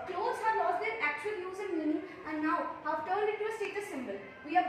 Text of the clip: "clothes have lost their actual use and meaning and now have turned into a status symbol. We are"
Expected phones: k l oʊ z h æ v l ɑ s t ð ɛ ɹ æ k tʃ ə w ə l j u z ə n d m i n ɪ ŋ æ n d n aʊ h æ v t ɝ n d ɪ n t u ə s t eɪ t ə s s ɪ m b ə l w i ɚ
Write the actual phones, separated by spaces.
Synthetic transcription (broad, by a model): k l oʊ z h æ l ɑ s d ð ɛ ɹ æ k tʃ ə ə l j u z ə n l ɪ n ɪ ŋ æ n d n aʊ h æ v t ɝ n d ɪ t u ə s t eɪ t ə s s ɪ m b ə l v i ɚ